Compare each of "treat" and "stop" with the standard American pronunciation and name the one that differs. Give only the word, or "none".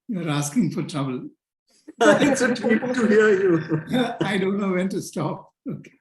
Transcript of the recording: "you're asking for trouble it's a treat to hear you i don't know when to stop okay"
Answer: treat